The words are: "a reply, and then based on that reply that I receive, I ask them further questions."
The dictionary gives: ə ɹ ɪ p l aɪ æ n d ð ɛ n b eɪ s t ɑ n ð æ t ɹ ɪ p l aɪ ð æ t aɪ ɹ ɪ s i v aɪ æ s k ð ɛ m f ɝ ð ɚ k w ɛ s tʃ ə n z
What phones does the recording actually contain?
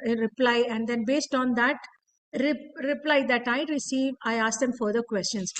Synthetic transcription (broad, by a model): ɹ ɪ p l aɪ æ n d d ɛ n b eɪ s t ɑ n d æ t ɹ ɪ p l aɪ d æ t aɪ ɹ ɪ s i v aɪ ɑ s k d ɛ m f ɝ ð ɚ k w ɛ s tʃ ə n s